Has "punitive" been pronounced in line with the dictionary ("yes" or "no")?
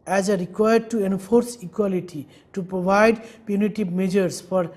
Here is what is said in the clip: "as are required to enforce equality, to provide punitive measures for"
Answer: no